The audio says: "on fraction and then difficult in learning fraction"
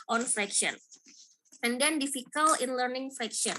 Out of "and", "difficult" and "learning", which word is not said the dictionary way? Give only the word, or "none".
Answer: difficult